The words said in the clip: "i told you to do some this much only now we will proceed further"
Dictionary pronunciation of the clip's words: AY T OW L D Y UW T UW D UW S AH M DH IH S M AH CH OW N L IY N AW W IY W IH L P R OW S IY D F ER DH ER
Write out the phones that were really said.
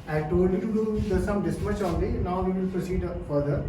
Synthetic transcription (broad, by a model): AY T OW D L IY T UW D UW S AH M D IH S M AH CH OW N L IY N AW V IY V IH L P R OW S IY D F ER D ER